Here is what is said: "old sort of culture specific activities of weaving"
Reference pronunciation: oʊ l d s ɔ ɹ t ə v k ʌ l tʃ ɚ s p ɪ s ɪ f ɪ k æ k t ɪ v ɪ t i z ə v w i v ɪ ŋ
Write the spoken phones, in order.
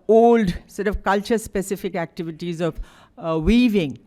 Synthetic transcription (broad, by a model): oʊ l d s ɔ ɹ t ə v k ʌ l tʃ ɚ s p ɪ s ɪ f ɪ k æ k t ɪ v ɪ t i z ə v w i v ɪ ŋ